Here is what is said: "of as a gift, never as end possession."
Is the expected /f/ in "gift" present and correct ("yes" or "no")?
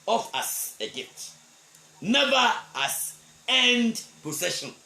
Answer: no